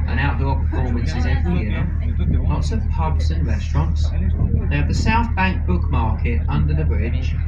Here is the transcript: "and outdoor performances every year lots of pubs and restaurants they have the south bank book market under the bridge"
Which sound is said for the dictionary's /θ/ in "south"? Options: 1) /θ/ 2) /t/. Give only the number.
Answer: 1